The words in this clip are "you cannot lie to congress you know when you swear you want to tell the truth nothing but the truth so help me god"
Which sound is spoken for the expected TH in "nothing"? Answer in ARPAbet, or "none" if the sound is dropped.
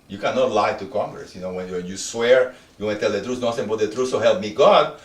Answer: S